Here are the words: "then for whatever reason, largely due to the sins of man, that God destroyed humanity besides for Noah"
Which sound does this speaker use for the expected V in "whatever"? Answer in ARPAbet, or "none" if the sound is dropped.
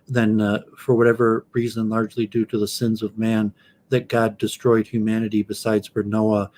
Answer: V